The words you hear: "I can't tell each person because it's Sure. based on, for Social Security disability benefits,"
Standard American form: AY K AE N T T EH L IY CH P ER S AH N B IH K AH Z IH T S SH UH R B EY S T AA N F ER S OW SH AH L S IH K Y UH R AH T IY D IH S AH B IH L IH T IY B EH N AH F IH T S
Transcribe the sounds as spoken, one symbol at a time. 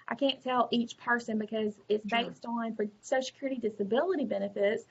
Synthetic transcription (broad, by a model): AY K AE N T T EH L IY CH P ER S AH N B IH K AH Z IH T S B EY S T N F ER S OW AH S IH K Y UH R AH T IY D IH S AH B IH L IH T IY B EH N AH F IH T S